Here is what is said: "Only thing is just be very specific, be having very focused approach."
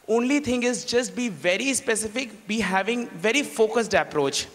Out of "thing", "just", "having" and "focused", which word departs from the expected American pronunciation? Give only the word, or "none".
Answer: thing